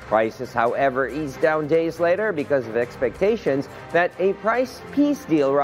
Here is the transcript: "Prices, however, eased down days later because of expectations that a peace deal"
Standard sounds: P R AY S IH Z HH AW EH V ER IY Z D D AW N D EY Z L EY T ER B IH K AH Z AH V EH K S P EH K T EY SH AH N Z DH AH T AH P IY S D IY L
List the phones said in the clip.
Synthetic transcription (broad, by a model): P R AY S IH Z HH AW EH V ER IY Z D D AW N D EY Z L EY T ER B IH K AH Z AH V EH K S P EH K T EY SH AH N Z DH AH T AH P IY S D IY L